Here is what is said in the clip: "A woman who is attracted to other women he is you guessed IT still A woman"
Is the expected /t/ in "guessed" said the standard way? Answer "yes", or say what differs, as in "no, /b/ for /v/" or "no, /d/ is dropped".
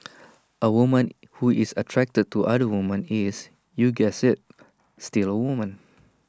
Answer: no, /t/ is dropped